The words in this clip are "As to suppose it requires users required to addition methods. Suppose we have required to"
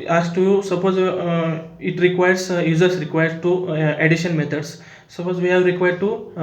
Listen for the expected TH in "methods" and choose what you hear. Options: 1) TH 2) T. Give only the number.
2